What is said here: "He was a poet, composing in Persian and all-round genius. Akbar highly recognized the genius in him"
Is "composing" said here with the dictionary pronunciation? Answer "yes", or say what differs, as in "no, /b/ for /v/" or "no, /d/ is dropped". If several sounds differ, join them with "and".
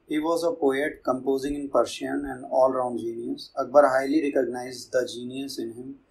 yes